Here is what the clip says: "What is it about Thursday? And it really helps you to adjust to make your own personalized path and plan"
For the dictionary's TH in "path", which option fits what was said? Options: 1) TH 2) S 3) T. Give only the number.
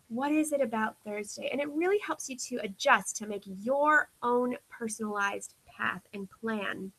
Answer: 1